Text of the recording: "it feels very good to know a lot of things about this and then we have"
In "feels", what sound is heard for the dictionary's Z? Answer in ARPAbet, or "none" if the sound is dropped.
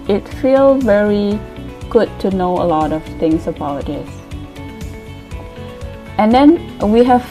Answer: none